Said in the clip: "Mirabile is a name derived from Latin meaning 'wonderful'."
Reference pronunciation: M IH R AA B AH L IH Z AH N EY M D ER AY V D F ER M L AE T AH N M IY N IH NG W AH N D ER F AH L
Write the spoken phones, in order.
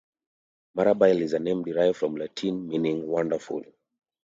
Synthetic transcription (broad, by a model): M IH R AA B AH L IH Z AH N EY M D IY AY F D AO M L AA T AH N M IY N IH NG W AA N D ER F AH L